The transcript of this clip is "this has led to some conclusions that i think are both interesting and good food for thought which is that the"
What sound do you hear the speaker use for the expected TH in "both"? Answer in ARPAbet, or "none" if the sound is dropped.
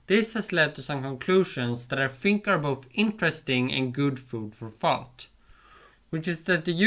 TH